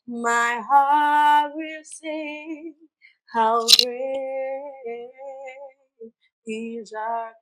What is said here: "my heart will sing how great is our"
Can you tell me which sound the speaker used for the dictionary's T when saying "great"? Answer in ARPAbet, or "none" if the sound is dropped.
none